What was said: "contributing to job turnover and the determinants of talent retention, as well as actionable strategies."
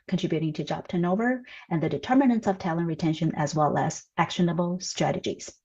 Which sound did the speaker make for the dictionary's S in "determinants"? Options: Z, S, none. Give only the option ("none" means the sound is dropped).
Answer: S